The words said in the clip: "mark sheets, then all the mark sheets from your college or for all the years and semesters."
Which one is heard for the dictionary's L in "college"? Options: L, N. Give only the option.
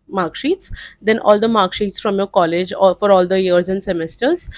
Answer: L